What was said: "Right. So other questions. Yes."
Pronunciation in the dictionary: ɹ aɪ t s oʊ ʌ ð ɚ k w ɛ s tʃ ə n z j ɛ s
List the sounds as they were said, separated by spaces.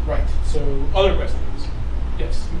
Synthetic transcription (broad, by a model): ɹ aɪ t s oʊ ʌ ð ɚ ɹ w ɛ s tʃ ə z j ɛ s